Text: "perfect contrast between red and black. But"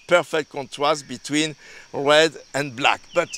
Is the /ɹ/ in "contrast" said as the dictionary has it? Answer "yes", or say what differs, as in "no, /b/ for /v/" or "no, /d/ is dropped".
no, /w/ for /ɹ/